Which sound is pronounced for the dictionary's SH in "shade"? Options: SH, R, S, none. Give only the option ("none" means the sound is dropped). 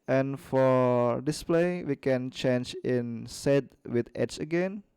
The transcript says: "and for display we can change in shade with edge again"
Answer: S